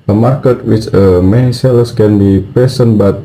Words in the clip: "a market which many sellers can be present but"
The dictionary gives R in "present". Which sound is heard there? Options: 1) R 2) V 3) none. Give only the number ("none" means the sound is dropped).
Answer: 3